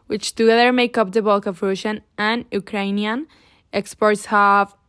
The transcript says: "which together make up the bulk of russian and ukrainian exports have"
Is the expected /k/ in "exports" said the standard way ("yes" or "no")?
yes